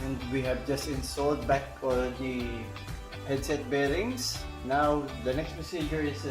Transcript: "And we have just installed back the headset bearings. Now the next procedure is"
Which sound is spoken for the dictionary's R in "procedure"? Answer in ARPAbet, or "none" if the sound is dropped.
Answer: none